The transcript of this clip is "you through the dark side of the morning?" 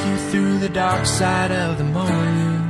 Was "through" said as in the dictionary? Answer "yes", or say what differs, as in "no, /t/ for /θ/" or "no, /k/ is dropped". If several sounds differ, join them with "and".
yes